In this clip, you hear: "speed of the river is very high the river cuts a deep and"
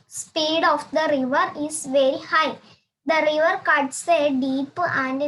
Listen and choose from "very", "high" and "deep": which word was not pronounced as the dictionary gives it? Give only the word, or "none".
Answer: none